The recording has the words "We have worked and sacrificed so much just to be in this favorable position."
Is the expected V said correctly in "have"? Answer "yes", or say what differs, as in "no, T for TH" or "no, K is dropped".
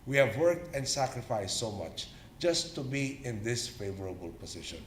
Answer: yes